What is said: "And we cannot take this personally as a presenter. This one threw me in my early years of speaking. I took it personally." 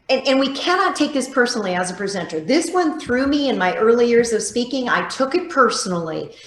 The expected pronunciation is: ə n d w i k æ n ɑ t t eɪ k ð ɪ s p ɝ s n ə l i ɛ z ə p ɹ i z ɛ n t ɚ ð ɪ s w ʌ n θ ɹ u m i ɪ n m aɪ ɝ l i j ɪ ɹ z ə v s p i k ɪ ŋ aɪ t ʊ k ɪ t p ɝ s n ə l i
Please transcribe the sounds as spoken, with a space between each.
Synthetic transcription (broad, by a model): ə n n w i k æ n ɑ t t eɪ k ð ɪ s p ɝ s n l i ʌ z ə p ɹ i z ɛ n t ɚ ð ɪ s w ʌ n θ ɹ u m i ɪ n m aɪ ɝ l i j ɪ ɹ z ə v s p i k ɪ ŋ aɪ t ʊ k ɪ t p ɝ s n l i